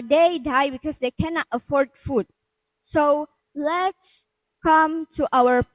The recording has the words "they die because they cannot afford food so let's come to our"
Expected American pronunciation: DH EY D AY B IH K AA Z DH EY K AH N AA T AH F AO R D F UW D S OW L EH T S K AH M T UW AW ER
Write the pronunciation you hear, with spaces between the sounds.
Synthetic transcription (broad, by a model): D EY D AY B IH K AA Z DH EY K AH N AA T AH F AO R D F UW D S OW L EH T S K AH M T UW AW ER